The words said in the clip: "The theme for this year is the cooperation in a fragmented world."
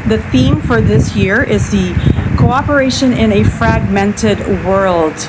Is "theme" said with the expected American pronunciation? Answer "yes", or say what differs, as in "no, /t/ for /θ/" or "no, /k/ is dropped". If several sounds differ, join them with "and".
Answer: yes